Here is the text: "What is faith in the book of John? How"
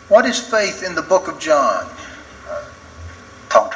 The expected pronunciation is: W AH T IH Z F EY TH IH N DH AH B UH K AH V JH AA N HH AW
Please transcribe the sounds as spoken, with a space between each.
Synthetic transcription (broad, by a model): W AH T IH Z F EY TH IH N DH AH B UH K AH V JH AA N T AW